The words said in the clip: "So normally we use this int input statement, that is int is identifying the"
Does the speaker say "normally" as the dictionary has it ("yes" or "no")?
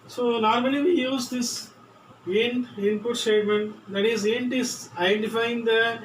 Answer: yes